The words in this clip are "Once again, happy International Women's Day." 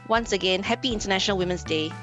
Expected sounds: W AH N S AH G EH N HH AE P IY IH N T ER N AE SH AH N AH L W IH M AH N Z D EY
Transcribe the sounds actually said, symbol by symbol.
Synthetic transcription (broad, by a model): W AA N S AH G EH N HH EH P IY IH N T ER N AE SH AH N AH L W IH M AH N S D EY